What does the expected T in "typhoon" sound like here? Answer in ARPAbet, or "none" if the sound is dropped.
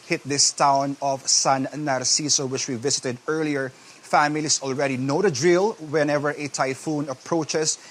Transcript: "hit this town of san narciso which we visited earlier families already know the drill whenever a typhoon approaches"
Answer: T